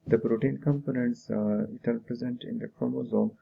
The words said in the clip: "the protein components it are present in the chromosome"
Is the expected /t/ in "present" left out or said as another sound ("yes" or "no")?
no